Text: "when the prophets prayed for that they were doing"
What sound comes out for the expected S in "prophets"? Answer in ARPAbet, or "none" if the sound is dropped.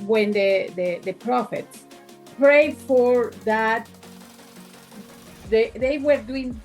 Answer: S